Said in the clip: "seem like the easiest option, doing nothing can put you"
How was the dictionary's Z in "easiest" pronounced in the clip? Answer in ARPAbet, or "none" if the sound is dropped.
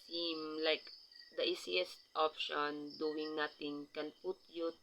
S